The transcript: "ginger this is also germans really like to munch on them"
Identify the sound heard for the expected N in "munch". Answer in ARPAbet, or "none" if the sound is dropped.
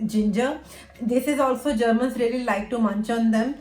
N